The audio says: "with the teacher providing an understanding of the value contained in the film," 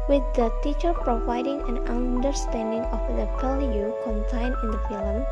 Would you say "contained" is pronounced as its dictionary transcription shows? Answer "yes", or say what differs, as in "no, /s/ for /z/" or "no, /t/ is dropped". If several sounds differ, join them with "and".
no, /d/ is dropped